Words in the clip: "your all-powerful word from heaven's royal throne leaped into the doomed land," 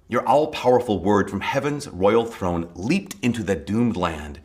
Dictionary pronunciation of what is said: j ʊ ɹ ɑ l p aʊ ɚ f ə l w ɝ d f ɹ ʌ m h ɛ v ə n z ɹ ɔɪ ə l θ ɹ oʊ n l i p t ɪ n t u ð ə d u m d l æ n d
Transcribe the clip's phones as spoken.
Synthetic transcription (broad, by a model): j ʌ ɹ ɑ l p aʊ ɚ f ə l w ɝ d f ɹ ʌ m h ɛ v ə n z ɹ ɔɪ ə l θ ɹ oʊ n l i p t ɪ n t u ð ə d u m d l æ n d